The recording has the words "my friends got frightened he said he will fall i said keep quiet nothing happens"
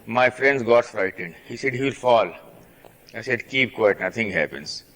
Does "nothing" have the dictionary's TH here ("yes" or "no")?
no